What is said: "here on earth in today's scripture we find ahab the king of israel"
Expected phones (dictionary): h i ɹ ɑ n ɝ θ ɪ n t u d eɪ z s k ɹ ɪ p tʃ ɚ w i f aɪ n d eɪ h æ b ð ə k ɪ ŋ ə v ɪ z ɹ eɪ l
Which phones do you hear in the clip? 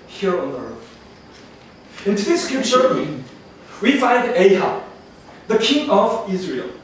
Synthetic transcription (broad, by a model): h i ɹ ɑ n ɝ θ ɪ n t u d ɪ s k ɪ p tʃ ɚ w i f aɪ n d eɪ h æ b ð ə k ɪ ŋ ə v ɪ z ɹ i l